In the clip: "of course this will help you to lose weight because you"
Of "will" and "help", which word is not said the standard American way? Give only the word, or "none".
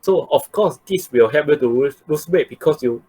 help